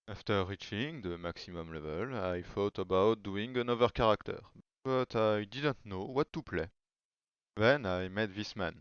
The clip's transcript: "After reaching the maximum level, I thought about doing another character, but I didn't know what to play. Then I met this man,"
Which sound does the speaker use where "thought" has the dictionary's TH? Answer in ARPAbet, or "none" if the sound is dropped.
F